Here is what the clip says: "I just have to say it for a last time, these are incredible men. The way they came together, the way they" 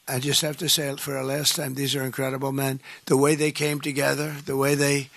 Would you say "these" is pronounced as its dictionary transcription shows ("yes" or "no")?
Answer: yes